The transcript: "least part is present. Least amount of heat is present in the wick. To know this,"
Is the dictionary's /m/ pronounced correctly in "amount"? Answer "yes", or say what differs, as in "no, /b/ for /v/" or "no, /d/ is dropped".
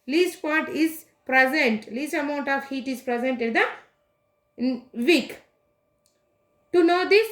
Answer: yes